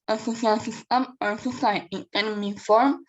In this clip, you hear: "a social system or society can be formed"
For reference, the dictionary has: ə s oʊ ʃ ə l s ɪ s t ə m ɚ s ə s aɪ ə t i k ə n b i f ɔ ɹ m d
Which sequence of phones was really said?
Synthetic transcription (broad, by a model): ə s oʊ s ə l s ɪ s t ə m ɚ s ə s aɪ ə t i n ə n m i f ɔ ɹ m